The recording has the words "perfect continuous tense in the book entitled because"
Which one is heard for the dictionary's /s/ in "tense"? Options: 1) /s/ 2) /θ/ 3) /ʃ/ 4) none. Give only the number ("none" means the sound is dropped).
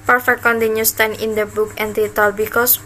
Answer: 4